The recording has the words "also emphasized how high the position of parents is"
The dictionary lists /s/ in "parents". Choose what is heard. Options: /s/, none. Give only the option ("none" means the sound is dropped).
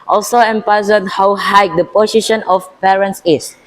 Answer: /s/